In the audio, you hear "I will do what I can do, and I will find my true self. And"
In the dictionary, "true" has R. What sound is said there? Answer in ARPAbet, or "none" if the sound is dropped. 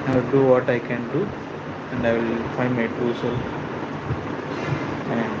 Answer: none